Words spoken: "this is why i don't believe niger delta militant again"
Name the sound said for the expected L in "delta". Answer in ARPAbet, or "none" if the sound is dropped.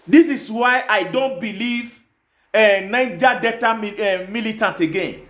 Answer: none